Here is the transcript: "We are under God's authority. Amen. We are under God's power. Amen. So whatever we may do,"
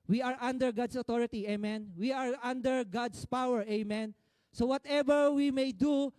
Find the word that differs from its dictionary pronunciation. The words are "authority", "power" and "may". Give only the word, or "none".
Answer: authority